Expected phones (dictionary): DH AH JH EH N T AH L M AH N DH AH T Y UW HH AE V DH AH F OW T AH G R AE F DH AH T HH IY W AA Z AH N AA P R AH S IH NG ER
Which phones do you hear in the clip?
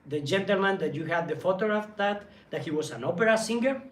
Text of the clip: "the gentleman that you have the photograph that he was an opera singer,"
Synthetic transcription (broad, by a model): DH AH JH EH N T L M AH N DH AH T Y UW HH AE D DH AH F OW T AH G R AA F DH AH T HH IY W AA S AH N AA P R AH S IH NG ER